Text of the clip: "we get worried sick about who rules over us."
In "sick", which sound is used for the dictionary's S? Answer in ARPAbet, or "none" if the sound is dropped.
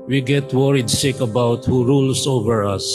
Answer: SH